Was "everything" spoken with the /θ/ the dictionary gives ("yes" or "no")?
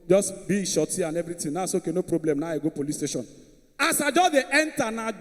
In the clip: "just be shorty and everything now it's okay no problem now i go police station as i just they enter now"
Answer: no